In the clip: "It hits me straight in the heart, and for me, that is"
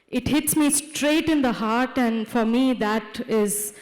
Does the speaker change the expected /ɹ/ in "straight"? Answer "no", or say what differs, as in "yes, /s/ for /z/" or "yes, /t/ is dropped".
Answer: no